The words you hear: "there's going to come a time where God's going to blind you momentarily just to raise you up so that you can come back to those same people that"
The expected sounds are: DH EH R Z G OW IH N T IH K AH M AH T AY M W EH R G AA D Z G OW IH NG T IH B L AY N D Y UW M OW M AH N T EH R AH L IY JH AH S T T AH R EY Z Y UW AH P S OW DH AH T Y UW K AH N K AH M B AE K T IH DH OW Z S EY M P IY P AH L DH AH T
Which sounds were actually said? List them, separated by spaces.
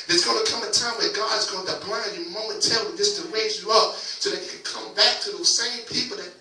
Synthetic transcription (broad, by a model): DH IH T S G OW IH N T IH K AH M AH T AY M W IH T G AA D Z G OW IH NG T IH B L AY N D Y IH M OW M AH N T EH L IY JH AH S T T AH R EY Z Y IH AH P S OW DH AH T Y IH K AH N K AH M B AE K T IH DH OW Z S EY M P IY P L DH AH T